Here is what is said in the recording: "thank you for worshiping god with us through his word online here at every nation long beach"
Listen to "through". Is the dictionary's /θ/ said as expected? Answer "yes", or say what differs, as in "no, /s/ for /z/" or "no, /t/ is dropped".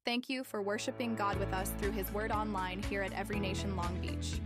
yes